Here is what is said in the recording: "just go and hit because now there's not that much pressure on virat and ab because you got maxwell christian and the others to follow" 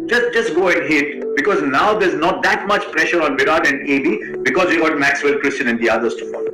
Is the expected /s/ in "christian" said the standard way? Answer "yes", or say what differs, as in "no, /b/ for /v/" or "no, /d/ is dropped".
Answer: yes